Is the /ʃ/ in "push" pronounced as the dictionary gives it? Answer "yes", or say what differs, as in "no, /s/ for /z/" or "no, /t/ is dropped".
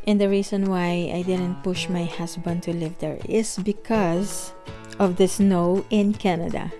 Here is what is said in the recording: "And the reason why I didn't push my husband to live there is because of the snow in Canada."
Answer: yes